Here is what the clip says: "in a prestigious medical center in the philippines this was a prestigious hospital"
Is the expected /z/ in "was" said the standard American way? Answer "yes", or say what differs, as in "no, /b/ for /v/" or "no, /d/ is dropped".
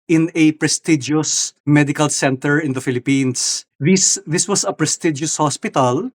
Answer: no, /s/ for /z/